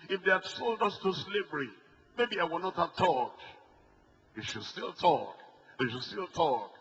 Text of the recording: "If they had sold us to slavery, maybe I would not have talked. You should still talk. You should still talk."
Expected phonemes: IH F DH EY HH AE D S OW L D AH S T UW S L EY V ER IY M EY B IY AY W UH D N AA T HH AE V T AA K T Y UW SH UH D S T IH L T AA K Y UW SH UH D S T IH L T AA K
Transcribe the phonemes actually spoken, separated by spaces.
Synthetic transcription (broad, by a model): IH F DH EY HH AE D S OW L D AH S T UW S L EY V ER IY M EY B IY AY W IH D N AA T HH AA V T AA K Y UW SH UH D S T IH L T AA K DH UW SH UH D S T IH L T AA K